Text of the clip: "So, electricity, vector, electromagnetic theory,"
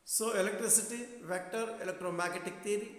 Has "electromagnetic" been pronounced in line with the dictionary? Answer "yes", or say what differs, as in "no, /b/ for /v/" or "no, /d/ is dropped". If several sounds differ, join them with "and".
no, /n/ is dropped